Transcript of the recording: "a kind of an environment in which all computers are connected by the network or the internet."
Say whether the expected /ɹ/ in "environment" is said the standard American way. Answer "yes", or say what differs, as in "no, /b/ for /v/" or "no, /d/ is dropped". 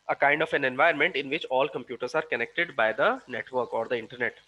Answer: no, /ɹ/ is dropped